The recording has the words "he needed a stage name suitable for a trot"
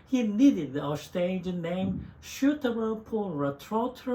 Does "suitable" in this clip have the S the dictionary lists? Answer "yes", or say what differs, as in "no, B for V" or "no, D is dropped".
no, SH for S